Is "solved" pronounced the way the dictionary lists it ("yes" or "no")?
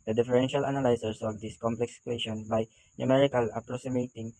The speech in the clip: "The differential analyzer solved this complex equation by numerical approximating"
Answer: no